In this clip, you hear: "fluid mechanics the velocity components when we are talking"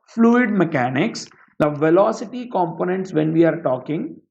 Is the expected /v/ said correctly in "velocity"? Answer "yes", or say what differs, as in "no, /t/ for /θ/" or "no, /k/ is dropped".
yes